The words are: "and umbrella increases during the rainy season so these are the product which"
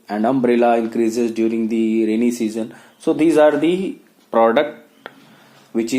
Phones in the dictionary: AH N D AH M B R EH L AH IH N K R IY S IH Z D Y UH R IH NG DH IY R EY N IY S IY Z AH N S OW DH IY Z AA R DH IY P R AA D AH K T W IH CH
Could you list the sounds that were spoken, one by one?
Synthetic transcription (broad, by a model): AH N D AH M B R EH L AH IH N K R IY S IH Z D Y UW R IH NG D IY R EY N IY S IY Z AH N S OW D IY Z AA R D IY P R AA D AH K T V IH CH